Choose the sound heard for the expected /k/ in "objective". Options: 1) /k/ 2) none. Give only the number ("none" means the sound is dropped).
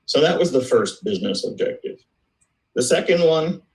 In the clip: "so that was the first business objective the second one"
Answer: 1